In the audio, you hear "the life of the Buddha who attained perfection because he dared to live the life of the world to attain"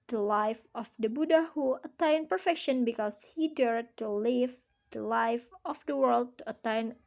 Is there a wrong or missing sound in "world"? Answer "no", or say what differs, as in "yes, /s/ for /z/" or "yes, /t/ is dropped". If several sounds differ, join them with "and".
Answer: no